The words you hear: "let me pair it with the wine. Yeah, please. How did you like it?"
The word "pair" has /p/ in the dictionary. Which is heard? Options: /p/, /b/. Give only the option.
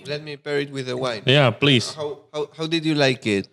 /b/